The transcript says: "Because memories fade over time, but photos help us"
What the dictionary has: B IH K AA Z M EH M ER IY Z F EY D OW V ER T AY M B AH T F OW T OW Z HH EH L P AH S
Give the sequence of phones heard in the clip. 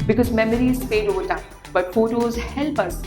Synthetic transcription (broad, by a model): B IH K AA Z M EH M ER IY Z P EY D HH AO T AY B AH T F OW T OW Z HH EH L P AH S